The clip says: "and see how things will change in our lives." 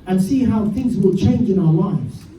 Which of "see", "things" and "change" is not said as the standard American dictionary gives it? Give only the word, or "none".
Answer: none